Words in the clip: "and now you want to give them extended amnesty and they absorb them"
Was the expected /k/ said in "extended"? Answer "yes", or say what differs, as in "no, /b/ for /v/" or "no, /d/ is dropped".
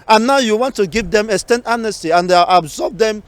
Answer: no, /k/ is dropped